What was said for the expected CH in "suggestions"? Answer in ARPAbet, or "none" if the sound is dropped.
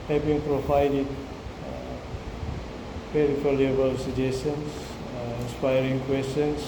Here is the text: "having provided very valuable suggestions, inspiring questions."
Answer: none